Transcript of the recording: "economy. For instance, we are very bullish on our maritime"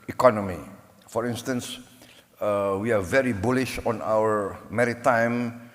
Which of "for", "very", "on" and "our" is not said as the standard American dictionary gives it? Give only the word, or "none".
none